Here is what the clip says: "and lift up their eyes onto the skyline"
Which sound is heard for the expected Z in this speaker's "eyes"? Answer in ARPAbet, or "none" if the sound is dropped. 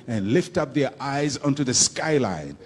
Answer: Z